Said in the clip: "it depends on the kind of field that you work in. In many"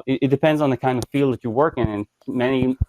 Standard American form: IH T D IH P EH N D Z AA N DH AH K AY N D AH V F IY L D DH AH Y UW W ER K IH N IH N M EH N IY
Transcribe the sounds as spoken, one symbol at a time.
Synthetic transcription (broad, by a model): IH T D IH P EH N D Z N DH AH K AY N D AH V F IY L D DH AH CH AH W ER K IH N IH N M EH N IY